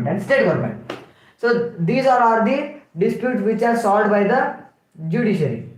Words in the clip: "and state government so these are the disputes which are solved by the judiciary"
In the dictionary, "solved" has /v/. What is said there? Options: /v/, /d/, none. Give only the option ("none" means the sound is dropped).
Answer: none